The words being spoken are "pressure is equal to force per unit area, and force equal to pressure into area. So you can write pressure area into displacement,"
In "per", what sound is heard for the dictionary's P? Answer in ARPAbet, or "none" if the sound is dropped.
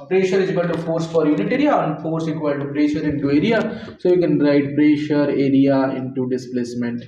F